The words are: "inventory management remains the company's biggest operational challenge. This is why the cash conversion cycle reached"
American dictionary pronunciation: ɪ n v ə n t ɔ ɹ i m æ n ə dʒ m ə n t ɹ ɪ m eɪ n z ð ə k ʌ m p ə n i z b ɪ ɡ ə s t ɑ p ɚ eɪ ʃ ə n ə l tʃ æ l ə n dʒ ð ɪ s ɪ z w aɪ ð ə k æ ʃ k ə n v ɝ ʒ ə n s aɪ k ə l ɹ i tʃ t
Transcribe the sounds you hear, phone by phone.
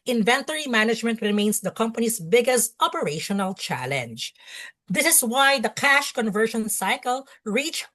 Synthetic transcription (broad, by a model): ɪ n v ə n t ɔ ɹ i m æ n ə dʒ m ə n t ɹ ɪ m eɪ n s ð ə k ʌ m p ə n i s b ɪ ɡ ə s t ɑ p ɚ eɪ ʃ ə n ə l tʃ æ l ə n dʒ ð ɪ s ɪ s w aɪ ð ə k æ ʃ k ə n v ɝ ʃ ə n s aɪ k ə l ɹ i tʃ